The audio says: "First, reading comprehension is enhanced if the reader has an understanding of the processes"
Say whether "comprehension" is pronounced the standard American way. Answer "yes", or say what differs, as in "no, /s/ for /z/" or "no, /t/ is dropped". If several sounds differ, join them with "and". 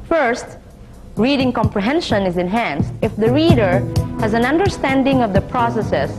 yes